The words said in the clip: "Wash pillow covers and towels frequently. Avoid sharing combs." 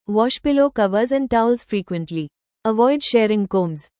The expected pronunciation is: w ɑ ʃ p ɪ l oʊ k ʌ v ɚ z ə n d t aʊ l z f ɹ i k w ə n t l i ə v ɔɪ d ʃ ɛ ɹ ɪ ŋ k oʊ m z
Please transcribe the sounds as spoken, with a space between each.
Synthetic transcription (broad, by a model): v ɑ ʃ p ɪ l oʊ k ʌ v ɚ z ə n d t aʊ l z f ɹ i k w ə n t l i ə v ɔɪ d ʃ ɛ ɹ ɪ ŋ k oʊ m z